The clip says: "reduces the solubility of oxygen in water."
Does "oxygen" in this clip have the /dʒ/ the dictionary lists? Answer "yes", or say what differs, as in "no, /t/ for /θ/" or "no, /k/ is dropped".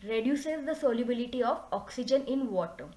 yes